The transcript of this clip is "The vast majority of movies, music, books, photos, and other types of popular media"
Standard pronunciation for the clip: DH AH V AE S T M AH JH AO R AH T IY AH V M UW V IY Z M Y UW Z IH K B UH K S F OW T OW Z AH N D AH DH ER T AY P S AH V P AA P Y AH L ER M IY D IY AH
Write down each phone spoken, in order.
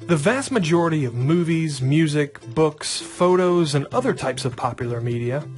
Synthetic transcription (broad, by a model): DH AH V AE S T M AH JH AO R AH T IY AH V M UW V IY Z M Y UW Z IH K B UH K S F OW T OW Z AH N AH DH ER T AY P S AH V P AA P Y L ER M IY D IY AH